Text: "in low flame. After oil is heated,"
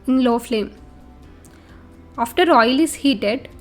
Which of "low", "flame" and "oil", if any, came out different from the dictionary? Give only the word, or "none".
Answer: none